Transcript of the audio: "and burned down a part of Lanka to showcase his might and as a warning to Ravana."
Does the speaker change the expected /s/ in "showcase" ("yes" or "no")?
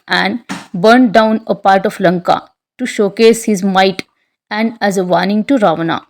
no